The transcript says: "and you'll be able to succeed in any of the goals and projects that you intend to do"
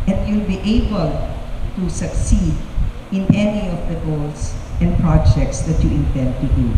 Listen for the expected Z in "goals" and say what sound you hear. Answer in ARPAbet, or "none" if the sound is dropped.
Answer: S